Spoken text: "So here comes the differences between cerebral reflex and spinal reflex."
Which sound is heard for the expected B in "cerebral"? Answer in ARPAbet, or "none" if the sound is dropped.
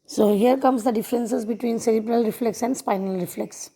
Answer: B